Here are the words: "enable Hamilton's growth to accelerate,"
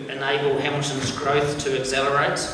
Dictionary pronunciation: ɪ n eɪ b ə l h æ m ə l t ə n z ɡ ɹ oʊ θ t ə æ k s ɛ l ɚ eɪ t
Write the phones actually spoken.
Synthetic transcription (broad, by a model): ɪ n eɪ b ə l h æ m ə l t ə n z ɡ ɹ oʊ θ t ə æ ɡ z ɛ l ɚ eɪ t